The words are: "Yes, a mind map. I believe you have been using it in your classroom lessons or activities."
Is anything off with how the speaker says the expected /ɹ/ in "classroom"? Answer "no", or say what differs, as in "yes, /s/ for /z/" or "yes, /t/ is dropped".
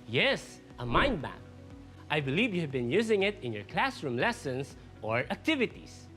no